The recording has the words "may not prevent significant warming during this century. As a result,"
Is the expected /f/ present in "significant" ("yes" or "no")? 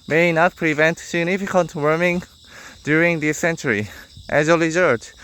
yes